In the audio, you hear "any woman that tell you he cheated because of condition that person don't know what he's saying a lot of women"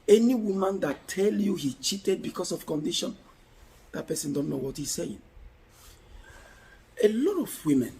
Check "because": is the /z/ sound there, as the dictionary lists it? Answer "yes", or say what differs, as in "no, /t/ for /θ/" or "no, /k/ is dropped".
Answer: no, /s/ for /z/